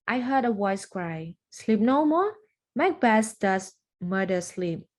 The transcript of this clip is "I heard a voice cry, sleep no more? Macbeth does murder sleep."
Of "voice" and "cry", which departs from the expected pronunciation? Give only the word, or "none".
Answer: voice